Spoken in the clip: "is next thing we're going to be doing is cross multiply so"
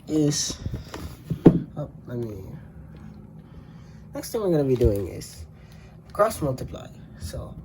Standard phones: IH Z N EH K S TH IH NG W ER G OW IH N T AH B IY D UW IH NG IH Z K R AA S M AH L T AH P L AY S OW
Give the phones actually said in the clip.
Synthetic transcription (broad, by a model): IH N N EH K S T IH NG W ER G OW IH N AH B IY D UW IH NG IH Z K R AA S M AH L T AH P L AY S OW